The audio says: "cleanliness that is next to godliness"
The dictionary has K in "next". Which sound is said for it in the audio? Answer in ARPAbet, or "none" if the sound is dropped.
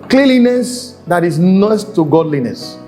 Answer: none